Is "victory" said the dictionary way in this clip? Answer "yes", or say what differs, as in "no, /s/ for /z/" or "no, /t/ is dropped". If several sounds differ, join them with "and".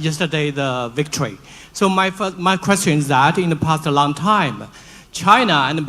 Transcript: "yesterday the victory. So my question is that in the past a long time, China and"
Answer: yes